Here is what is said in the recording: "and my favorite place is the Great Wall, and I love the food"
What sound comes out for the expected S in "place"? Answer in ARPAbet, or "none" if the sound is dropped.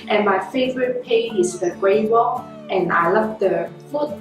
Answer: none